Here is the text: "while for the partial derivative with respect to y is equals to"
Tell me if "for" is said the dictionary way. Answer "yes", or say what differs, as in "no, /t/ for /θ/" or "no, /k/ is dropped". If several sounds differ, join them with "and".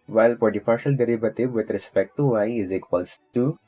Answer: no, /p/ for /f/